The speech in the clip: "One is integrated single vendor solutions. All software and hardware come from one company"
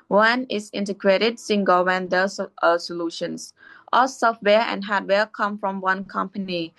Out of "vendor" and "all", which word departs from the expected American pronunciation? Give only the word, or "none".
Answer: vendor